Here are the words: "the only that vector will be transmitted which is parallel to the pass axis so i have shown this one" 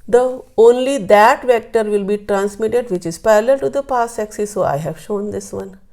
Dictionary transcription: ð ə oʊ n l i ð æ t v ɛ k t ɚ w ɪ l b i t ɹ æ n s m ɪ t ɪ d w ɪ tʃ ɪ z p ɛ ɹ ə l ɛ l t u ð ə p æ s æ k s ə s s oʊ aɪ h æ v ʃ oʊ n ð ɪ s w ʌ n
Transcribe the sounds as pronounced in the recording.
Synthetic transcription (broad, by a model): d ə oʊ n l i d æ t v ɛ k t ɚ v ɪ l b i t ɹ æ n s m ɪ t ɪ d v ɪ tʃ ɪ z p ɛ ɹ l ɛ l t u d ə p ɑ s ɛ k s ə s s oʊ aɪ h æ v ʃ oʊ n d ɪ s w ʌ n